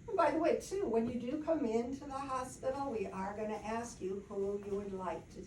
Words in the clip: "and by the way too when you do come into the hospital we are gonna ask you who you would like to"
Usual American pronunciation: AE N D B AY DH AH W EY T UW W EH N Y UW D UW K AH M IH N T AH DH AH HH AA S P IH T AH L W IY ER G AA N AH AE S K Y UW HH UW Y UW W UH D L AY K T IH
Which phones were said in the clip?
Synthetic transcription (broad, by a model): B AY DH AH W EY T UW W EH N Y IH D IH K AH M IH N T AH DH AH HH AA S P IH T L W IY ER G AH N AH AE S K Y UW HH UW Y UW W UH D L AY K T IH